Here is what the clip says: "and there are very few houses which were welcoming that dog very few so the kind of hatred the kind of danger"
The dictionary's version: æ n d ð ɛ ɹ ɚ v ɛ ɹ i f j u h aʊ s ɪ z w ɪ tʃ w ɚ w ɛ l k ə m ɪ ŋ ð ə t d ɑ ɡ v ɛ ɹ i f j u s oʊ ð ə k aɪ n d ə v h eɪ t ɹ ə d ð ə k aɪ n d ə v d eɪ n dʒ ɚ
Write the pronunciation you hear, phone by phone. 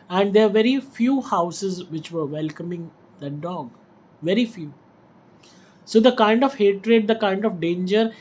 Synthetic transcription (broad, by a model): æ n d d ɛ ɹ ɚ v ɛ ɹ i f j u h aʊ s ɪ z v ɪ tʃ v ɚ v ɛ l k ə m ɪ ŋ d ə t d ɑ ɡ v ɛ ɹ i f j u s oʊ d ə k aɪ n d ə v h eɪ t ɹ ə d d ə k aɪ n d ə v d eɪ n dʒ ɚ